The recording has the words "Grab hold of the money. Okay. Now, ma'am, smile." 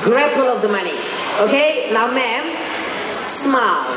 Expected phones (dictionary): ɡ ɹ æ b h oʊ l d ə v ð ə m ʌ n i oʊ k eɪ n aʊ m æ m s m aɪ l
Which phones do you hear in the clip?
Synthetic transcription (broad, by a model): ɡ ɹ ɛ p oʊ l ə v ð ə m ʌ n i oʊ k eɪ n aʊ m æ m s m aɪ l